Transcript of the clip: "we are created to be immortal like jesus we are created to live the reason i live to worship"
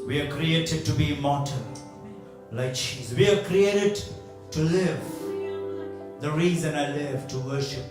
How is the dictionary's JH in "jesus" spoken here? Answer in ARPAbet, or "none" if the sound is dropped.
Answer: CH